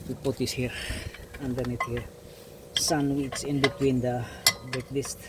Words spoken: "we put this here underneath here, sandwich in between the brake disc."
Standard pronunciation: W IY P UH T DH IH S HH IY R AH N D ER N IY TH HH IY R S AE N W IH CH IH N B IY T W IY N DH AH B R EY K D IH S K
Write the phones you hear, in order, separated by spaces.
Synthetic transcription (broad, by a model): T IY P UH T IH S HH IY R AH N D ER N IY T HH IY R S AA N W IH S IH N B IY T W IY N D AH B EY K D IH S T